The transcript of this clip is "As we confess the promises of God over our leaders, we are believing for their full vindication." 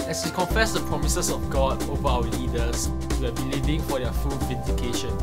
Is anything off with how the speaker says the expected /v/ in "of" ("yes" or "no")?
yes